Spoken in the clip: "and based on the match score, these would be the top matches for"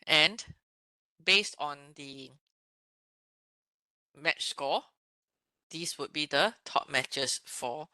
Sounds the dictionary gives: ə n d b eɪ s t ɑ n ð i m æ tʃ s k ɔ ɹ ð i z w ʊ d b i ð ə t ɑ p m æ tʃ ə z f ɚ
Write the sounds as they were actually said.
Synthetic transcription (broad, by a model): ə n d b eɪ s t ɑ n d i m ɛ tʃ s k ɔ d i s w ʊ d b i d ə t ɑ p m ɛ tʃ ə s f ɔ